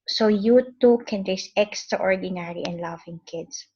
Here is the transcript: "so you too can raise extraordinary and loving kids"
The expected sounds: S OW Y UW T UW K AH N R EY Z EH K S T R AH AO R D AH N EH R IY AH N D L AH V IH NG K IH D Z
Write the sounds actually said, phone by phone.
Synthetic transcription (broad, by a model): S OW Y UW T UW K AH N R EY S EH K S T R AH AO R D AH N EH R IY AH N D L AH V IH NG K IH D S